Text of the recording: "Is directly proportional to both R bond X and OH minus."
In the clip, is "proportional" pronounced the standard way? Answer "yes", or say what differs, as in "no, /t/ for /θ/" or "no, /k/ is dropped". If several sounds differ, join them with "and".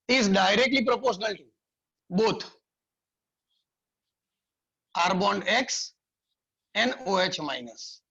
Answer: yes